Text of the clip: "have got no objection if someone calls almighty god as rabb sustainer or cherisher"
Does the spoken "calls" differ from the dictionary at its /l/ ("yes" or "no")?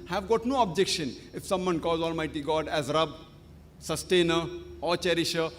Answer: yes